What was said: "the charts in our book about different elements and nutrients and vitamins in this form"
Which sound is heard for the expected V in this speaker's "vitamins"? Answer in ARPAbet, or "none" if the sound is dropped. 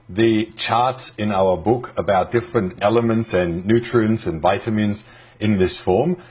V